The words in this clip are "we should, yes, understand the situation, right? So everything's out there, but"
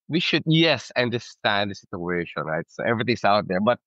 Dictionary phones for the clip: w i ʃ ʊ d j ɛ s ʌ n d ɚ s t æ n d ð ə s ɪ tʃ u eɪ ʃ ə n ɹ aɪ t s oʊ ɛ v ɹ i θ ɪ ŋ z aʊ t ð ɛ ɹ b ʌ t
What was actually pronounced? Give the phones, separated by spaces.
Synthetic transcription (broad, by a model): w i ʃ ʊ d j ɛ s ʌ n d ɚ s t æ n d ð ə s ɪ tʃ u eɪ ʃ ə n ɹ aɪ t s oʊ ɛ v ɹ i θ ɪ ŋ s aʊ t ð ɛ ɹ b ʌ t